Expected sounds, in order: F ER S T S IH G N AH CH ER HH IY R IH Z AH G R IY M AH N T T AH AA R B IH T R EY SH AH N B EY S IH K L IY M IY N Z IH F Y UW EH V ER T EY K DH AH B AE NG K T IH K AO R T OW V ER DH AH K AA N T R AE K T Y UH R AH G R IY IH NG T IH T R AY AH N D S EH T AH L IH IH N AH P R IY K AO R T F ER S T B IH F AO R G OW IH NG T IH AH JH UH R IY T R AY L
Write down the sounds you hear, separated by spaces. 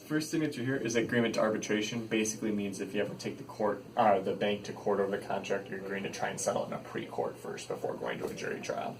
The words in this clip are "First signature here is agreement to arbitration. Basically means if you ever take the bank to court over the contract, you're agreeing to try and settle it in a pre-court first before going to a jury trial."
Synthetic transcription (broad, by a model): F ER S T TH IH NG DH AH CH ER HH IY R IH Z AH G R IY M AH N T T AH AA R B IH T R EY SH AH N B EY S IH K L IY M IY N Z IH F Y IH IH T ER T EY K DH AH B AE NG K T IH K AO R T OW V ER DH AH K AA N T R AE K T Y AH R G AO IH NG T IH T R AY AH N S EH T L IH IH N AH P R IY K AO R T F ER S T B IH F AO R G OW IH NG T IH AH JH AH R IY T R AY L